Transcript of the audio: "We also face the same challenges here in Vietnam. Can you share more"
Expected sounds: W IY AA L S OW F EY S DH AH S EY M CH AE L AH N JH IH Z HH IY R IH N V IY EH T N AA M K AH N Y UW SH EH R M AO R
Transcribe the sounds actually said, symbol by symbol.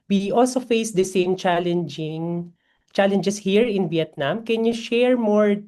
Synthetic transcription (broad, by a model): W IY AA L S OW F EY S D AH S EY M CH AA L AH N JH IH S HH IY R IH N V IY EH T N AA M K AH N Y UW SH EH R M AO R